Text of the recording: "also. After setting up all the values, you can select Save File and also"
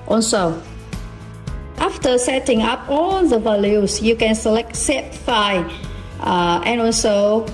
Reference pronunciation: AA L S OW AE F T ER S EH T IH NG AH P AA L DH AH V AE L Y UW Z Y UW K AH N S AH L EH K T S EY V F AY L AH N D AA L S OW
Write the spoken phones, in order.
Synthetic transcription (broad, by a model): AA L S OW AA F T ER S EH T IH NG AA P AA L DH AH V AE L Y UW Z Y UW K AH N S AH L EH K T S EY P F AY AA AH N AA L S OW